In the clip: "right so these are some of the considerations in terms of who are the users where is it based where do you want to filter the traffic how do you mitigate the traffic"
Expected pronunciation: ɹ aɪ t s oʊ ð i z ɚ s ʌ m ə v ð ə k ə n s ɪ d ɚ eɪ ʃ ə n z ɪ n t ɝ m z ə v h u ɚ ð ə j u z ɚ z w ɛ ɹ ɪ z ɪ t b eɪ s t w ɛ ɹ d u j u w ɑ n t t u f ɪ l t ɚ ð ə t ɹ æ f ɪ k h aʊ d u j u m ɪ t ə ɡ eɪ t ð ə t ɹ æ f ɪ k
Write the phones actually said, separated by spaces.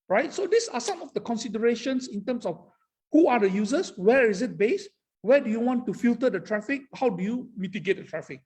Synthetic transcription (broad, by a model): ɹ aɪ t s oʊ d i s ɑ s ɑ m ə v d ə k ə n s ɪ d ɚ eɪ ʃ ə n s ɪ n t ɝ m s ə f h u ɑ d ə j u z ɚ s w ɛ ɹ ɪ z ɪ t b eɪ s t w ɛ d u j u w ɑ n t t u f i l t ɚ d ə t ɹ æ f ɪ k h aʊ d u j u m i t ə ɡ eɪ t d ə t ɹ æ f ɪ k